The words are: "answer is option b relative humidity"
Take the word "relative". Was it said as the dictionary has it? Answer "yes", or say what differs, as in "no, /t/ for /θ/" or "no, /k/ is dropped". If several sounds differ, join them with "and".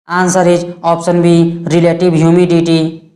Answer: no, /b/ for /v/